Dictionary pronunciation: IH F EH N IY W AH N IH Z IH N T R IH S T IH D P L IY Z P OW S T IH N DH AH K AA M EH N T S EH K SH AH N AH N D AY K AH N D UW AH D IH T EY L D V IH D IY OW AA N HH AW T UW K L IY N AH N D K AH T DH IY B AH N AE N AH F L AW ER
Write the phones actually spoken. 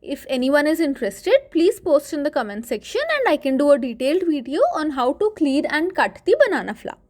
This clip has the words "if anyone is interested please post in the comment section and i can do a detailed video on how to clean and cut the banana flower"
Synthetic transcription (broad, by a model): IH F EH N IY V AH N IH Z IH N T R IH S T IH D P L IY Z P OW S T IH N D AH K AA M EH N T S EH K SH AH N AH N D AY K AH N D UW AH D IH T EY L D V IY D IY OW AA N HH AW T UW K L IY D AH N D K AH T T IY B AH N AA N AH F L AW